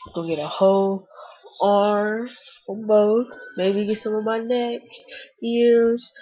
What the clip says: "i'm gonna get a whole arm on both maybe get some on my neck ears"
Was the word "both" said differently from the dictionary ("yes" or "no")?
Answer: yes